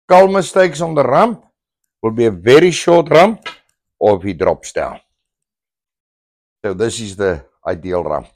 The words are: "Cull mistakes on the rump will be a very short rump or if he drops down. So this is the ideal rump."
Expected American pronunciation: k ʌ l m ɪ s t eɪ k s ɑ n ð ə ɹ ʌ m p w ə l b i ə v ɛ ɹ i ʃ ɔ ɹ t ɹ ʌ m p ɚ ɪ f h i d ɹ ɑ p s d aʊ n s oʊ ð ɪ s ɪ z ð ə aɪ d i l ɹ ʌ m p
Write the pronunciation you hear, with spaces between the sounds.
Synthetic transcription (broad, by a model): k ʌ l m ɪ s t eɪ k s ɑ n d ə ɹ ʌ m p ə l b i ə v ɛ ɹ i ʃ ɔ ɹ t ɹ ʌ m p ɪ f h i d ɹ ɑ p s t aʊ l s oʊ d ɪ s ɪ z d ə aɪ d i l ɹ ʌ m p